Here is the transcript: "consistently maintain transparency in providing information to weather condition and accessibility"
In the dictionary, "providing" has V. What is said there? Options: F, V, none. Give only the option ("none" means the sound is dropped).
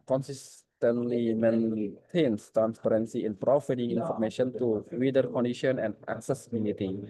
F